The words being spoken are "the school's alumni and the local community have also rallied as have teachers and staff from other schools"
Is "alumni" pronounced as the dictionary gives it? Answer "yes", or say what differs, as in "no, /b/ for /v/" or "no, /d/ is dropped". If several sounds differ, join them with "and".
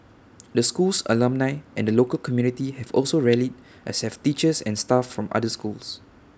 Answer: yes